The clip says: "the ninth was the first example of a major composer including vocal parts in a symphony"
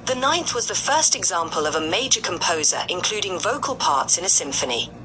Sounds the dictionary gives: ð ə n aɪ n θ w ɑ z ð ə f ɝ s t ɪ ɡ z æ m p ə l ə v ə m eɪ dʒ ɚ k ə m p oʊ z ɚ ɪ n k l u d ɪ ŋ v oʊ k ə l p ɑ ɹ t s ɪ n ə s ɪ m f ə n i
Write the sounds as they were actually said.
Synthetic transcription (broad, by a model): ð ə n aɪ n θ w ɑ z ð ə f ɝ s t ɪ ɡ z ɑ m p ə l ə v ə m eɪ dʒ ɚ k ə m p oʊ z ɚ ɪ n k l u d ɪ ŋ v oʊ k ə l p ɑ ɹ t s ɪ n ə s ɪ m f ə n i